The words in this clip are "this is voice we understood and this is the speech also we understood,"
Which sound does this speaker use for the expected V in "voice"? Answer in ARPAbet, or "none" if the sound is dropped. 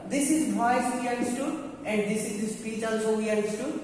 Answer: B